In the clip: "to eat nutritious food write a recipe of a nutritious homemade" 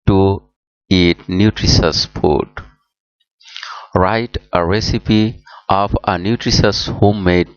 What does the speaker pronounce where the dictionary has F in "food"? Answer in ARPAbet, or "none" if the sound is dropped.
P